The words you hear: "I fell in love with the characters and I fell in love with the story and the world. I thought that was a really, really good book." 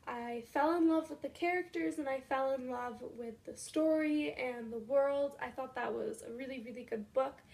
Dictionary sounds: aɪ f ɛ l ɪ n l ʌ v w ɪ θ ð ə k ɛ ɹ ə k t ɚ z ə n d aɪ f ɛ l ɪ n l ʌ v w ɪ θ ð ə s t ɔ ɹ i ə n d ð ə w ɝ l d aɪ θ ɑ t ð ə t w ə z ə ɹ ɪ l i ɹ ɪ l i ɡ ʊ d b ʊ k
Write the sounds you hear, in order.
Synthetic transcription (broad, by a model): aɪ f ɛ l ɪ n l ʌ v w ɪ ð ə k ɛ ɹ ə k t ɚ z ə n aɪ f ɛ l ɪ n l ʌ v w ɪ ð ə s t ɔ ɹ i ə n ð ə w ɝ l d aɪ θ ɑ t ð ə t w ə z ə ɹ ɪ l i ɹ ɪ l i ɡ ʊ d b ʊ k